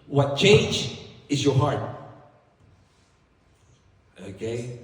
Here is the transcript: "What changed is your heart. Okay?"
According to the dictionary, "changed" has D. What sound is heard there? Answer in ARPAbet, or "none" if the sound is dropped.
none